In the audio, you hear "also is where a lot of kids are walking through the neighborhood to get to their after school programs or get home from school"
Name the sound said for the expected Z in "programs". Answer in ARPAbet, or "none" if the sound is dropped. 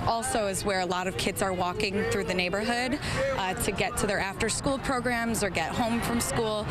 Z